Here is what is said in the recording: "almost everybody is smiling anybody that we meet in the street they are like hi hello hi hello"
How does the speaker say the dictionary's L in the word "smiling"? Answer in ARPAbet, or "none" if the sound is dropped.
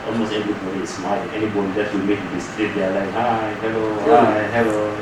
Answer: none